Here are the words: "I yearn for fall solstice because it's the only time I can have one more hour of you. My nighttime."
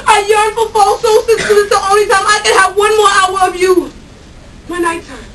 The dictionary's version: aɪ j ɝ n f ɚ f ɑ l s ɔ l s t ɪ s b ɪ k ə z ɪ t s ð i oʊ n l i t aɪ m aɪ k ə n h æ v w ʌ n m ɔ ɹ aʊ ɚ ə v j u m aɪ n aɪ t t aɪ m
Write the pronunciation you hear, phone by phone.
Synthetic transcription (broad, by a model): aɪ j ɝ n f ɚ f ɑ l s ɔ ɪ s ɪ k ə ɪ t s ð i oʊ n l i t aɪ m aɪ k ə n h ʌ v w ʌ n m ɔ ɹ aʊ ɚ ə v j u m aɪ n aɪ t t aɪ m